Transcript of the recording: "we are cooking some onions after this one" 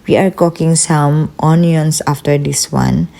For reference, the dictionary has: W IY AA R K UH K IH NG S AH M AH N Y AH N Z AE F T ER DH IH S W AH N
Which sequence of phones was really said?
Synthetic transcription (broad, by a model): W IY AA R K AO K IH NG S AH M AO N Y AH N S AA F T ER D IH S W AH N